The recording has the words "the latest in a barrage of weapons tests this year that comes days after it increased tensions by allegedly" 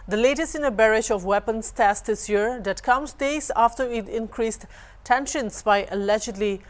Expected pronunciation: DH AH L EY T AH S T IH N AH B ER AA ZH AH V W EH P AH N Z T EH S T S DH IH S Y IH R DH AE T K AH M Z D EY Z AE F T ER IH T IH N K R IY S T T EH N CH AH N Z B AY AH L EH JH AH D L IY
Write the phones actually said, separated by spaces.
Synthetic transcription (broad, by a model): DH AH L EY T AH S T IH N AH B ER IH SH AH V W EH P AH N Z T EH S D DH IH S Y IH R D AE T K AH M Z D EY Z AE F T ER IH T IH N K R IY S T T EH N SH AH N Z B AY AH L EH JH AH D L IY